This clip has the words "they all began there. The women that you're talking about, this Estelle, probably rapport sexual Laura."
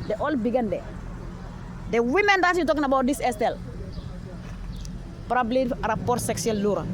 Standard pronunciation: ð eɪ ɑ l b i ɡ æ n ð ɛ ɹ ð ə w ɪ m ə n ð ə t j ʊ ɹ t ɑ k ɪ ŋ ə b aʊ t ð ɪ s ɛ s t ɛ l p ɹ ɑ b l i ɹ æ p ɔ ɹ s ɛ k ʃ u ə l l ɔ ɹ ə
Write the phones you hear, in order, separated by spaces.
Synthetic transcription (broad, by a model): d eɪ ɑ l b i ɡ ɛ n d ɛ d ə w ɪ m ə n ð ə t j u t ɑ k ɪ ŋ ə b aʊ t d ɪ s ɛ s t ɛ l p ɹ ɑ b l i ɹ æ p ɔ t s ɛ k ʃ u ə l l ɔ ɹ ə